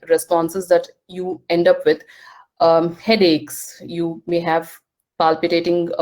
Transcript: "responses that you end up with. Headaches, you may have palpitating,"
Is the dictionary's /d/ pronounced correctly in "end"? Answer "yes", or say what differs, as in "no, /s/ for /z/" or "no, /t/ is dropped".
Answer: yes